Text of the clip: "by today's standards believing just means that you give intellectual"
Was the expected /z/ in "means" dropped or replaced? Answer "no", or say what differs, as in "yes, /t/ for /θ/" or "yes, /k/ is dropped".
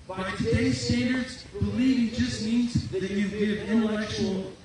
no